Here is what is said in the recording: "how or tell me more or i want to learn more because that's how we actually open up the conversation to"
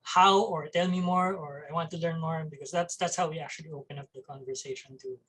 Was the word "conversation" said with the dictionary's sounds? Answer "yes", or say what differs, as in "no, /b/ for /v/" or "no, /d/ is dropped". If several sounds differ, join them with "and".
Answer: yes